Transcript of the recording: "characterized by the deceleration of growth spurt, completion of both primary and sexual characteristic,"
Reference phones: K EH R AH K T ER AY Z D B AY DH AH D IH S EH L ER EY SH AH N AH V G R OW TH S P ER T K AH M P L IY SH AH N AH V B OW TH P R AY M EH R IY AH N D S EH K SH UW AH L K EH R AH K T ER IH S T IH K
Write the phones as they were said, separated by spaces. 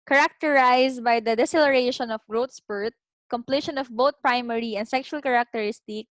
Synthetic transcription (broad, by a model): K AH R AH K T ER AY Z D B AY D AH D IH S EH L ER EY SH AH N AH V G R OW T S P ER T K AH M P L IY SH AH N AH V B OW T P R AY M EH R IY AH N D S EH K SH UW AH L K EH R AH K T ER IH S T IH K